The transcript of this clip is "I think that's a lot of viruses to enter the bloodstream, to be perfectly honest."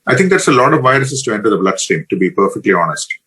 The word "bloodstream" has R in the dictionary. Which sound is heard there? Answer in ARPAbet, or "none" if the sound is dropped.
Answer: none